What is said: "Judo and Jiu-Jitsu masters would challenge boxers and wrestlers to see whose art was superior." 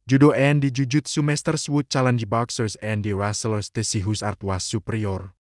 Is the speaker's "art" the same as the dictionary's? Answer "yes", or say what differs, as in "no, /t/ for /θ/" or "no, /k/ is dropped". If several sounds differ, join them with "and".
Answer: yes